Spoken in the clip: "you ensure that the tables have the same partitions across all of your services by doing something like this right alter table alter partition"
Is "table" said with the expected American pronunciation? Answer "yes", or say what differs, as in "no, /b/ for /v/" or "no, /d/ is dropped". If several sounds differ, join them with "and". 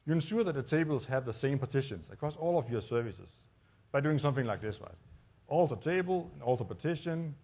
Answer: no, /n/ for /l/